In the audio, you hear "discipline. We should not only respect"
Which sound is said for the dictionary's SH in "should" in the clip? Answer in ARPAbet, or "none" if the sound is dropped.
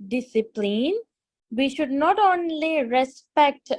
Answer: SH